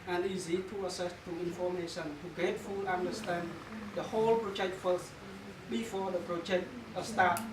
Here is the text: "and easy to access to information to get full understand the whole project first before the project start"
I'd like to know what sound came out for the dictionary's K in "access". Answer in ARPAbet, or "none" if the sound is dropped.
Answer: none